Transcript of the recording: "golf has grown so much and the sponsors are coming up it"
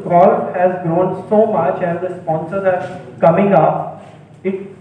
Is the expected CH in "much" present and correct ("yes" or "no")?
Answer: yes